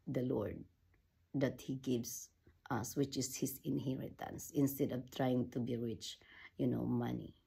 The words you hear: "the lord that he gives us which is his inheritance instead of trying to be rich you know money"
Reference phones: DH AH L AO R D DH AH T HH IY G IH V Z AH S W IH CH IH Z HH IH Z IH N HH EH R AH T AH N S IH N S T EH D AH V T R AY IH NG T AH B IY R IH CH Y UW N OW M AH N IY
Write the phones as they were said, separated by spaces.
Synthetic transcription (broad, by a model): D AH L AO R D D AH T HH IY G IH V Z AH S W IH CH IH S HH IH S IH N HH EH R AH T AH N S IH N S T EH D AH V T R AY IH NG T AH B IY R IH CH Y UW N OW M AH N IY